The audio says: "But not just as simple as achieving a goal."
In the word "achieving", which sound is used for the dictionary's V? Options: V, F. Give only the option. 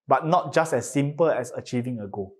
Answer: V